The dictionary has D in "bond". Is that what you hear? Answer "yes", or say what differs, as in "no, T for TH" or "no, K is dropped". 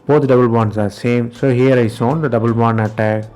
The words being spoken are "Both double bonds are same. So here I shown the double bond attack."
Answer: no, D is dropped